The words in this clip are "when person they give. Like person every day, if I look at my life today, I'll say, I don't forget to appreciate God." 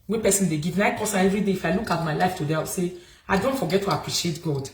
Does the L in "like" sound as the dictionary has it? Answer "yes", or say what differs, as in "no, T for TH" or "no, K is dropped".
no, N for L